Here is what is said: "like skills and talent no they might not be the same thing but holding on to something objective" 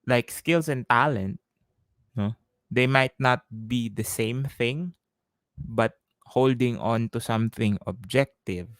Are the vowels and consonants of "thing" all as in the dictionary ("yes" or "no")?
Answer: yes